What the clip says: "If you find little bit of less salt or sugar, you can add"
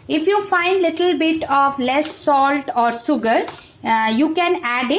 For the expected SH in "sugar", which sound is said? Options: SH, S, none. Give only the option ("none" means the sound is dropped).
S